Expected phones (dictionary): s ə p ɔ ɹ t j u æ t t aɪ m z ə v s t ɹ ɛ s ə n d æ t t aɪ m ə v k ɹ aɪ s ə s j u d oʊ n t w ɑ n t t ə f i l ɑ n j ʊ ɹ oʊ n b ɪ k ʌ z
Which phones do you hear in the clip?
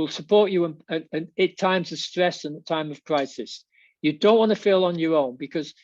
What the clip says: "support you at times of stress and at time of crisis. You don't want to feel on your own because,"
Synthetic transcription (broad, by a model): s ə p ɔ ɹ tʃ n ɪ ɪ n t aɪ m z ə v s t ɹ ɛ s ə n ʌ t t aɪ m ə v k ɹ aɪ s ə s j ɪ d oʊ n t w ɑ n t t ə f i l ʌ n j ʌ ɹ oʊ n b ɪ k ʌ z